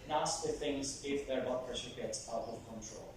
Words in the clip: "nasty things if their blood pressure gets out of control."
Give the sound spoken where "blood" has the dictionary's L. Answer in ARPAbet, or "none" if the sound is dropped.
none